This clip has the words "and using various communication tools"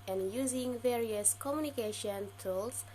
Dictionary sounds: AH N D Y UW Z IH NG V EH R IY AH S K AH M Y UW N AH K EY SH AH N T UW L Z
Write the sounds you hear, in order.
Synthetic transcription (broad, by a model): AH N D Y UW Z IH NG V EH R IY AH S K AH M Y UW N AH K EY SH AH N T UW L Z